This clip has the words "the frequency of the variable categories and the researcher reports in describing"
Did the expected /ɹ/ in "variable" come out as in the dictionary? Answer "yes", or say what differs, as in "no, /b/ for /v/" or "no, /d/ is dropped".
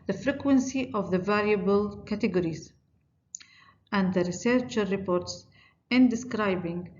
no, /l/ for /ɹ/